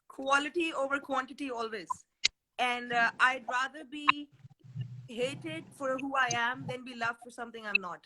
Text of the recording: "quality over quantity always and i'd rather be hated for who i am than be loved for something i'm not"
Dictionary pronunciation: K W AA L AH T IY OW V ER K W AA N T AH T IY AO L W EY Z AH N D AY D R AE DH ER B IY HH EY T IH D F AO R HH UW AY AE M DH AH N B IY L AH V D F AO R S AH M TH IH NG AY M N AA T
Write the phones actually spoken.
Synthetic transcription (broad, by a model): K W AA L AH T IY OW V ER K W AA N T AH T IY AO L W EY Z AH N D AY D R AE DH ER B IY HH EY T IH D F AO R HH UW AY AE M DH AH N B IY L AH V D F AO R S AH M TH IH NG AY M N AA T